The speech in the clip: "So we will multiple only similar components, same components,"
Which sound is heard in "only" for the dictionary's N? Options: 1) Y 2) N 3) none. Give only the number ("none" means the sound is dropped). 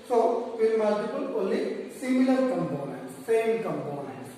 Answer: 3